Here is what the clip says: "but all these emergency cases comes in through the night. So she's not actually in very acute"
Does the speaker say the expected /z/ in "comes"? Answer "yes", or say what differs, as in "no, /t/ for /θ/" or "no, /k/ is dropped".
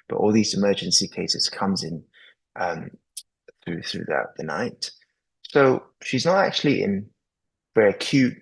yes